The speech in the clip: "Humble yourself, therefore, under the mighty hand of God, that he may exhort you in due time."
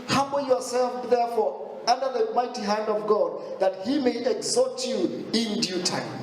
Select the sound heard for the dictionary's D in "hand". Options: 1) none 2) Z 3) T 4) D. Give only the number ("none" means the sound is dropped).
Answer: 4